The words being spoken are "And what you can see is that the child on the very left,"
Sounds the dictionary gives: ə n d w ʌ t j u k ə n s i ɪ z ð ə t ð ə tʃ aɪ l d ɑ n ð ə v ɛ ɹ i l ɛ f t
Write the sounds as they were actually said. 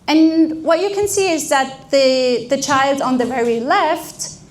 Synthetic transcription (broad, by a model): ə n w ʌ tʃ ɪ k ə n s i ɪ z ð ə t ð ə tʃ aɪ l d n ð ə v ɛ ɹ i l ɛ f t